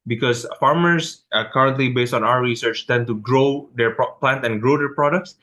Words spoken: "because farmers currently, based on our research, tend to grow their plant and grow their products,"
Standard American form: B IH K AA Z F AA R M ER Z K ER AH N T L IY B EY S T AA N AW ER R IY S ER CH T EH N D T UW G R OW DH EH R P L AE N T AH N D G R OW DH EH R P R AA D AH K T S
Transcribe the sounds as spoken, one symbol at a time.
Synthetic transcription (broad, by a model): B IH K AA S F AA R M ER S K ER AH N T L IY B EY S T AA N AW ER R IY S ER CH T EH N T UW G R OW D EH R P L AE N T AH N G R OW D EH R P R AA D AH K T S